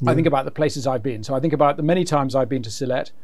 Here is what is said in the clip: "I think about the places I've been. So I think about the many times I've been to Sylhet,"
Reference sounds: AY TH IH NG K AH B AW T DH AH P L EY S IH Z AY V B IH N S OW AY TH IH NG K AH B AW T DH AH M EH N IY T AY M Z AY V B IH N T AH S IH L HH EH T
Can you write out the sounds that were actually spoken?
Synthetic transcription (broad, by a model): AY TH IH NG K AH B AW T DH AH P L EY S IH Z AY V B IH N S OW AY TH IH NG K AH B AW T DH AH M EH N IY T AY M Z AY V B IH N T AH S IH L EH T